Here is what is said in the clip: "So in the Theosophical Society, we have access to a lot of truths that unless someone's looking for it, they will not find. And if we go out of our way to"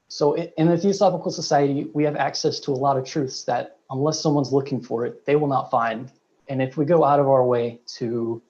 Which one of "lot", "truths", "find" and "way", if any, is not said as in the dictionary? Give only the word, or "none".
none